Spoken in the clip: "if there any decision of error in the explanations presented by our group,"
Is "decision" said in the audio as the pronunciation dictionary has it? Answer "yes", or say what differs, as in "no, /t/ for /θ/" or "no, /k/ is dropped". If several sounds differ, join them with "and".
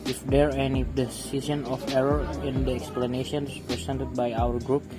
no, /s/ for /ʒ/